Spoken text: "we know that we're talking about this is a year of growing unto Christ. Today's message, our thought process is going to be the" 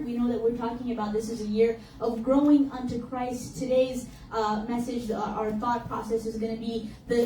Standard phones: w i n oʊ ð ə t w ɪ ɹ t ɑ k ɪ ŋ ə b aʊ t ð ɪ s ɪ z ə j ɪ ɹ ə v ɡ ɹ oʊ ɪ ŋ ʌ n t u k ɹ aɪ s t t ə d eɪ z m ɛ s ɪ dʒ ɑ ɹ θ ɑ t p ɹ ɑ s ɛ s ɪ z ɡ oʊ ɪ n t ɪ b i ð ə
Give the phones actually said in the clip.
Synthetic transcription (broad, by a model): w i n oʊ ð ə t w ɪ ɹ t ɑ k ɪ ŋ ə b aʊ t ð ɪ s ɪ z ə j ɪ ɹ ə v ɡ ɹ oʊ ɪ ŋ ʌ n t u k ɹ aɪ s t t ə d eɪ z m ɛ s ɪ dʒ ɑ ɹ θ ɑ t p ɹ ɑ s ɛ s ɪ z ɡ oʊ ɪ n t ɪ b i ð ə